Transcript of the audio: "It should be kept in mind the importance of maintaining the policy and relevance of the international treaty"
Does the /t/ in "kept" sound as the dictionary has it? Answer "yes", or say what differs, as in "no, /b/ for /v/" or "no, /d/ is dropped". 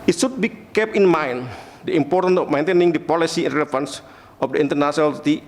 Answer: no, /t/ is dropped